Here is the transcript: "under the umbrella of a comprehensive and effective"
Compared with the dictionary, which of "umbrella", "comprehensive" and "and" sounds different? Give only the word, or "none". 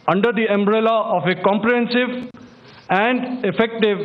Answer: none